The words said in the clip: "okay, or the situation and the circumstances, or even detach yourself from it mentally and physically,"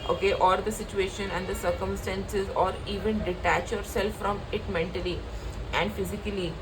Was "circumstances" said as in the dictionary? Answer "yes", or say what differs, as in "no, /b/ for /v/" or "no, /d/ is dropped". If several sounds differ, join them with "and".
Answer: yes